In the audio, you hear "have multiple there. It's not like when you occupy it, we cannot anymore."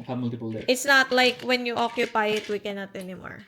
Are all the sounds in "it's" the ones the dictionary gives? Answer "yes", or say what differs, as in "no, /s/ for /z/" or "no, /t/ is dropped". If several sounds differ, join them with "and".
yes